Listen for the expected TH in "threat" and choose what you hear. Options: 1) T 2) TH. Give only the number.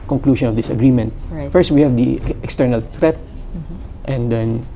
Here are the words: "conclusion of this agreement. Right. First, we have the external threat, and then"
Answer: 1